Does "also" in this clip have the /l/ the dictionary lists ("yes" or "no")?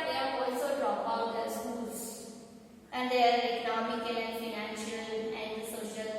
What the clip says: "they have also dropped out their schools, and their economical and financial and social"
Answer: yes